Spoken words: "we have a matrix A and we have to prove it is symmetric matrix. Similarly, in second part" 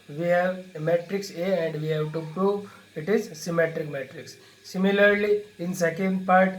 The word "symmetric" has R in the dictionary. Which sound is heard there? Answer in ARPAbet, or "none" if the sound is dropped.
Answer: R